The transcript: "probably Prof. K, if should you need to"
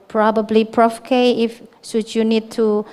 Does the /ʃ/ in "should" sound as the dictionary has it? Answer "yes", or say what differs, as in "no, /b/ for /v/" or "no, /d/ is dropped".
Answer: no, /s/ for /ʃ/